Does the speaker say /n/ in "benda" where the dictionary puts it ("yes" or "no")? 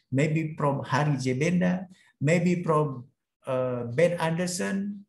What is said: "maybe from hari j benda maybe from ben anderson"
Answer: yes